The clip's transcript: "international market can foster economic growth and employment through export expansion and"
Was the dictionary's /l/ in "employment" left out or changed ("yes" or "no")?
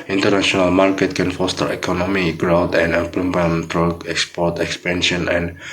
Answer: yes